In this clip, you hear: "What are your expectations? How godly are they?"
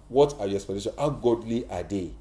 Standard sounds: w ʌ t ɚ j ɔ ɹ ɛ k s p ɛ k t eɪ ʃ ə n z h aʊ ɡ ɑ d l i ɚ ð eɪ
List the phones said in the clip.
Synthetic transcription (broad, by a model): w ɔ t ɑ j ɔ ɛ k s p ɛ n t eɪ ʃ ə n h aʊ ɡ ɑ d l i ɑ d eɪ